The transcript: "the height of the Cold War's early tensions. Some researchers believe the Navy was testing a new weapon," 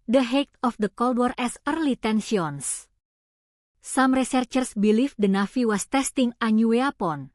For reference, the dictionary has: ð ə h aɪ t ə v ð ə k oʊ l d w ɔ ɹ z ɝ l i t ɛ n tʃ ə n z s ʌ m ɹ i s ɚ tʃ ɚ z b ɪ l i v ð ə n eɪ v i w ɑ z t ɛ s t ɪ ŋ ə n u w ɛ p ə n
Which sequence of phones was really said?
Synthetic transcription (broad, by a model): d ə h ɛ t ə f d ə k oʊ l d w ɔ ɹ s ɝ l i t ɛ n s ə n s s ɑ m ɹ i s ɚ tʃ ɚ s b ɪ l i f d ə n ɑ f i w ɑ s t ɛ s t ɪ ŋ ə n u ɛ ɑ p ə n